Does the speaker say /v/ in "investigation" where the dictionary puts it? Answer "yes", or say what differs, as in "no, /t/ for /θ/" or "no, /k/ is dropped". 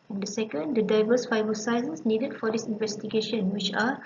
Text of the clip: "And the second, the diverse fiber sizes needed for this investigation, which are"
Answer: yes